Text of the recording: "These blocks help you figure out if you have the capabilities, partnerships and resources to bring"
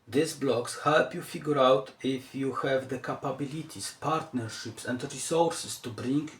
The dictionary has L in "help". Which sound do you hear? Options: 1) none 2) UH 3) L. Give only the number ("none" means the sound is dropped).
3